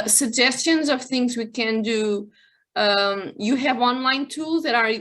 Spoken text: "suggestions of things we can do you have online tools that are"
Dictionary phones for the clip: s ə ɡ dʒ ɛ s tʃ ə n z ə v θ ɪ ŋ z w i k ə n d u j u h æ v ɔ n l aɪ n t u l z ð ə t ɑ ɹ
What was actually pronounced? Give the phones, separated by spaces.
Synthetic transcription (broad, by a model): s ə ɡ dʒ ɛ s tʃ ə n z ə v θ ɪ ŋ z w i k ə n d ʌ j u h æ v ɔ n l aɪ n t u l z ð ə t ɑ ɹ